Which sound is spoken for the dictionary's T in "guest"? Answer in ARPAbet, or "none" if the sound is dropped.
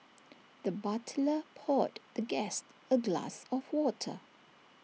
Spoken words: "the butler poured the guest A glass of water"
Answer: T